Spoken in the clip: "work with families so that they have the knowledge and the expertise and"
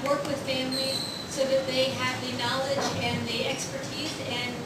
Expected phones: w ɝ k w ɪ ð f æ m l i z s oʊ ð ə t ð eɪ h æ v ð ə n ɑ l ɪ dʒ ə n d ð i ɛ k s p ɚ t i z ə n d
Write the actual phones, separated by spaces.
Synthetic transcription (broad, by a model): w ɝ k w ɪ ð f æ m l i z s oʊ ð ə t ð eɪ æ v ð ə n ɑ l ɪ dʒ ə n ð i ɛ k s p ɚ t i z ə n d